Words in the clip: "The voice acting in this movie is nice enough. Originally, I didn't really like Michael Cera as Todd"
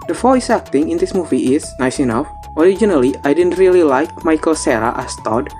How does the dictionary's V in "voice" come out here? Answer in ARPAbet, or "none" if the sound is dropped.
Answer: F